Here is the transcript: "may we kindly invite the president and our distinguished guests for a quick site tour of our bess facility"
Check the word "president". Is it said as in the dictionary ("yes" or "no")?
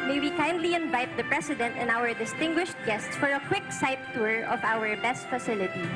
no